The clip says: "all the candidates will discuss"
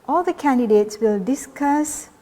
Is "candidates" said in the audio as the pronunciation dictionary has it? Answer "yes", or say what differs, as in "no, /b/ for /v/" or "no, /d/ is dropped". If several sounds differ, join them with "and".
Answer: yes